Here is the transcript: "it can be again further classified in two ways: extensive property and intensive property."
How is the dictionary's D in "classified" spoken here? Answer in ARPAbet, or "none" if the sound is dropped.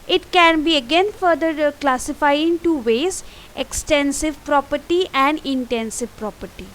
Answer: none